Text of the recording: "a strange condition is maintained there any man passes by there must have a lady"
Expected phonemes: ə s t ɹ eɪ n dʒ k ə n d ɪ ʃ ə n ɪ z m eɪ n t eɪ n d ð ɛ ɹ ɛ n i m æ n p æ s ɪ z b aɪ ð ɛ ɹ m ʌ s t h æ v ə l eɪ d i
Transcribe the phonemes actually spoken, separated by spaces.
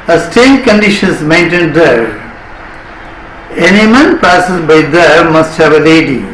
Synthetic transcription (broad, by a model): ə s t eɪ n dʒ k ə n d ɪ ʃ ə n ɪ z m eɪ n t eɪ n d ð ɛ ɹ ɛ n i m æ n p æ s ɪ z b aɪ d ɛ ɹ m ʌ s t h æ v ə l eɪ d i